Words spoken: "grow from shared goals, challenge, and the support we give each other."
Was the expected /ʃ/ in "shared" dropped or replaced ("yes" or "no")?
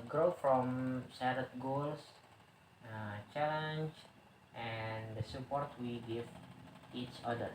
yes